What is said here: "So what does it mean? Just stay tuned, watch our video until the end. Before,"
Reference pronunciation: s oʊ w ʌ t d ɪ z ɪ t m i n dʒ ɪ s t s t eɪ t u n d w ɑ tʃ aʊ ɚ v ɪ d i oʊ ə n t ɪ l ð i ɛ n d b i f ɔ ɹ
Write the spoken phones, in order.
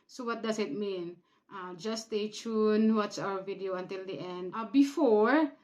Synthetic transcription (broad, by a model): s oʊ w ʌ t d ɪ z ɪ t m i n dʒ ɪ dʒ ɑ s t eɪ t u n w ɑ s aʊ ɚ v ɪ d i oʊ ə n t ɪ l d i ɛ n d b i f ɔ ɹ